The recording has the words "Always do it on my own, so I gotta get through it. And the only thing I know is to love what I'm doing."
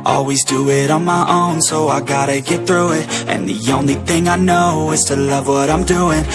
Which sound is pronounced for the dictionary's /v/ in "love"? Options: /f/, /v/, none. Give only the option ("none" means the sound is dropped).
/v/